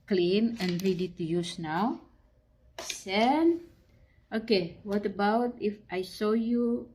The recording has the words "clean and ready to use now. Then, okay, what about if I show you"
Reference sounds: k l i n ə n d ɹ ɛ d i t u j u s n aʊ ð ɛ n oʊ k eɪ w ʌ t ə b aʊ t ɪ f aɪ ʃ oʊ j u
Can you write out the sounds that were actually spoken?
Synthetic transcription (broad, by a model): k l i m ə n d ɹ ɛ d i t u j u s n aʊ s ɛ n oʊ k eɪ w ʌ t ə b aʊ t ɪ f aɪ s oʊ j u